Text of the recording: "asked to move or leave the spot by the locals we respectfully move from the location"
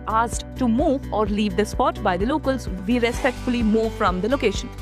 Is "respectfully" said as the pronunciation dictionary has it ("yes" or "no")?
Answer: yes